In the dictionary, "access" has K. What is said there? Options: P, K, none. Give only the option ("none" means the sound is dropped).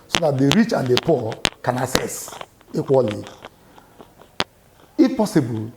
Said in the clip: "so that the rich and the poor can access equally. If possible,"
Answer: none